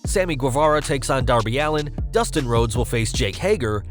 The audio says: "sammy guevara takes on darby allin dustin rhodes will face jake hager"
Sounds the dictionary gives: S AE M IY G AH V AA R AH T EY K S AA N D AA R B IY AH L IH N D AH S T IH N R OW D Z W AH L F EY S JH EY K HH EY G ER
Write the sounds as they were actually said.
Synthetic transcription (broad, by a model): S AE M IY G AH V AA R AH T EY K S N D AA R B IY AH L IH N D AH S T IH N R OW D Z W AH L F EY S JH EY K HH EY G ER